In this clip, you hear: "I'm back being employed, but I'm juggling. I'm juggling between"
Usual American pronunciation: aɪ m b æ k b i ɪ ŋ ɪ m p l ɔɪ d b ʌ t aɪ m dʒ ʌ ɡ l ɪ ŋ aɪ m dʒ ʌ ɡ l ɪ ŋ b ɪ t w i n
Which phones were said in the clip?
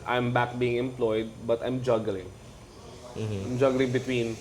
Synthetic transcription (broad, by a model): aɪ m b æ k b i ɪ ŋ ɪ m p l ɔɪ d b ʌ t aɪ m dʒ ʌ ɡ l ɪ ŋ aɪ m dʒ ʌ ɡ l ɪ ŋ b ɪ t w i n